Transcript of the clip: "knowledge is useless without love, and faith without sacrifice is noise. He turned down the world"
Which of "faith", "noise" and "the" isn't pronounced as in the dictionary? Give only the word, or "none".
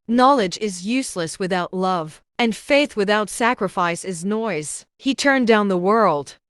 none